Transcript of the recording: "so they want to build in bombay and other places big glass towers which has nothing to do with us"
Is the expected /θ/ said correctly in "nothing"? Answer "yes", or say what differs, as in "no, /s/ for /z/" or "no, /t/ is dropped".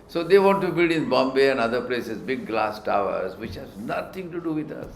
no, /t/ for /θ/